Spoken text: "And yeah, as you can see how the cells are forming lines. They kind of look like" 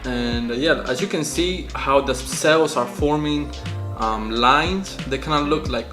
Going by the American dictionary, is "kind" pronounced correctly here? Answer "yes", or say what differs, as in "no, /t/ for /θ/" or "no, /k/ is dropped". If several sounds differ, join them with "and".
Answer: no, /d/ is dropped